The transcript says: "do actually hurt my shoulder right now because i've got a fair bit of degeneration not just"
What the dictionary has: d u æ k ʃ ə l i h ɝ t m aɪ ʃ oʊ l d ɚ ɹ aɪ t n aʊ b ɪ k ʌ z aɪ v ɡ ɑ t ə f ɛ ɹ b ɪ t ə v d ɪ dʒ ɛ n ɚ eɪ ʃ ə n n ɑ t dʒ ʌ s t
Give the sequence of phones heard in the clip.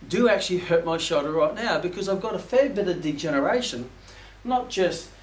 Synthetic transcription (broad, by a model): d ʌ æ k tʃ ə l i h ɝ t m aɪ ʃ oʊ d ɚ ɹ aɪ t n aʊ b ɪ k ʌ z aɪ v ɡ ɑ t ə f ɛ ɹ b ɪ t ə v d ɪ dʒ ɛ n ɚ eɪ ʃ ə n n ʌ t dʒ ʌ s t